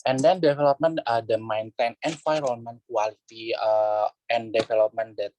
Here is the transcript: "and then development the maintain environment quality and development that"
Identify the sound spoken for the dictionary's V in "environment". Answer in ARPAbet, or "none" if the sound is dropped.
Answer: F